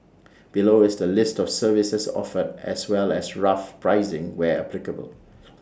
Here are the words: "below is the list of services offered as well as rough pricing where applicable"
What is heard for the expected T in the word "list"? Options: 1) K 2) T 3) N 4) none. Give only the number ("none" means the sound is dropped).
2